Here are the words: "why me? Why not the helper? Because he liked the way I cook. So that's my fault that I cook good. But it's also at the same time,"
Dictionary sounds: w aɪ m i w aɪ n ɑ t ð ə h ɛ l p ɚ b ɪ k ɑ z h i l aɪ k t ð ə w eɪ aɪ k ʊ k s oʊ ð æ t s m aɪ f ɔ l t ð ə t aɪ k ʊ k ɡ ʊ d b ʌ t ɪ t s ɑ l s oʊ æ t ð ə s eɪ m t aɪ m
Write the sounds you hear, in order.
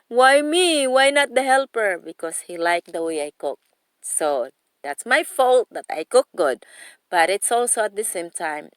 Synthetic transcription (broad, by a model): w aɪ m i w aɪ n ɑ t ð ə h ɛ l p ɚ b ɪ k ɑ s h i l aɪ k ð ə w eɪ aɪ k ʊ k s oʊ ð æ t s m aɪ f ɔ l t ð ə t aɪ k ʊ k ɡ ʊ d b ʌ t ɪ t s ɑ l s oʊ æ t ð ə s eɪ m t aɪ m